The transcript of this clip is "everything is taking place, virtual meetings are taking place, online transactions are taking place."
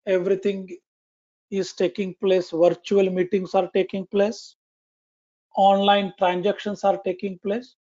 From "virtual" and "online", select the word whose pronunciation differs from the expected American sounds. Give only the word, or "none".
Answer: none